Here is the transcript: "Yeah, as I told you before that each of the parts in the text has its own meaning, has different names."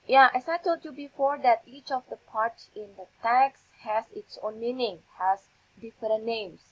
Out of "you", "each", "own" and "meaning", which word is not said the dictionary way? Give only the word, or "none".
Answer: none